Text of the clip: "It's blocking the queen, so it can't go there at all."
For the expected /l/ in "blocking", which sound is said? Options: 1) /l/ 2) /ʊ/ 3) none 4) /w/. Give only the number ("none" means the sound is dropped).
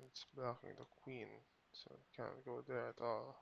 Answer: 3